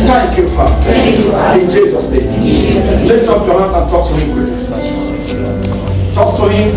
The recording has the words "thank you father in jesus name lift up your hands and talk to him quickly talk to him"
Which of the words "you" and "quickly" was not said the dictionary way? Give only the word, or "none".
quickly